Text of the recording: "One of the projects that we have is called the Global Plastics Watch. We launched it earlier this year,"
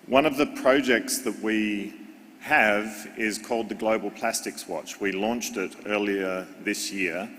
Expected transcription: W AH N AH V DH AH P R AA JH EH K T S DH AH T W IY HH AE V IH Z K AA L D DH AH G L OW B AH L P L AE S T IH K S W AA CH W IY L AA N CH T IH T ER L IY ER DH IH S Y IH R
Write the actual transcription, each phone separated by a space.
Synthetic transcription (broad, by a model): W AH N AH V DH AH P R AA JH EH K T S DH AH T W IY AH V IH Z K AA L D DH AH G L OW B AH L P L AE S T IH K S W AA CH W IY L AA N CH T IH T ER L IY ER DH IH S Y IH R